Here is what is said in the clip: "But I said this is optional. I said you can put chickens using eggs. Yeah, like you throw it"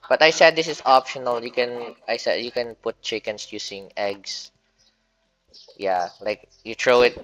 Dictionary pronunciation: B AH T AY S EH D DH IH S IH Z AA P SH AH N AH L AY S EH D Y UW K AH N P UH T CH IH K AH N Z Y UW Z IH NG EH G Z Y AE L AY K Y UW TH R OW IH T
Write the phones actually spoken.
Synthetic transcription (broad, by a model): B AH T AY S EH D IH S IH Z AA P SH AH N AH L AY S EH D Y UW K AH N P UH T CH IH K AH N S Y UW S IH NG EH G S Y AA L AY K Y UW T R OW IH T